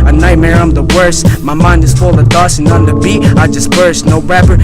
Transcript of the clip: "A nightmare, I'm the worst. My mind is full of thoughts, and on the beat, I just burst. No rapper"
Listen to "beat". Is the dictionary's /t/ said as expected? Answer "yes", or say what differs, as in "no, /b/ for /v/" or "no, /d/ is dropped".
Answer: no, /t/ is dropped